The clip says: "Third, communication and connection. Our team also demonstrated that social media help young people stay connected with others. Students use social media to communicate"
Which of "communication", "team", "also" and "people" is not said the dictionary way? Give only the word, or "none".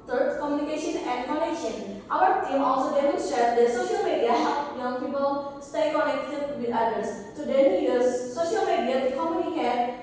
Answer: none